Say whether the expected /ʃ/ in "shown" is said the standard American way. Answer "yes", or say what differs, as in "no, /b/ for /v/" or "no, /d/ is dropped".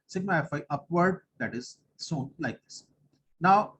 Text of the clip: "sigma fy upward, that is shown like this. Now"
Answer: no, /s/ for /ʃ/